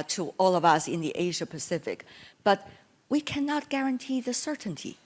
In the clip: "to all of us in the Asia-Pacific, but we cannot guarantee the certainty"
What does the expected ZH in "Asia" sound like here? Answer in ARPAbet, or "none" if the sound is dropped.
ZH